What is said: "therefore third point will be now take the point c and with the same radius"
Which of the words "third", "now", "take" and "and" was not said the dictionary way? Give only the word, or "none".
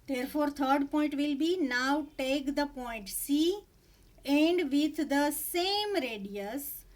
third